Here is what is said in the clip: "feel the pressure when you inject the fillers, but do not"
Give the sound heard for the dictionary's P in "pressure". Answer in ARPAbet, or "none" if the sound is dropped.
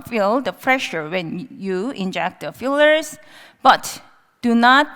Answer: F